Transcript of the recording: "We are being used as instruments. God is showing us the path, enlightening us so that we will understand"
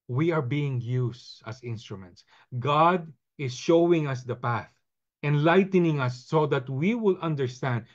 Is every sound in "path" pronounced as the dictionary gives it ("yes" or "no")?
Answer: yes